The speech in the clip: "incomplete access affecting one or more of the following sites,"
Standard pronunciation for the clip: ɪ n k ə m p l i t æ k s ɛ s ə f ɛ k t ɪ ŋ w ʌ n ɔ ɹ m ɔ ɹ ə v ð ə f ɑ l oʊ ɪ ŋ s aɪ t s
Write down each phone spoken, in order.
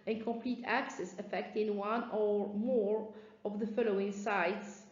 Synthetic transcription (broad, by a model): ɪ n k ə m p l i t æ k s ɛ s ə f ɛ k t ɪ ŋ w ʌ n ɔ ɹ m ɔ ɹ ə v ð ə f ɑ l oʊ ɪ ŋ s aɪ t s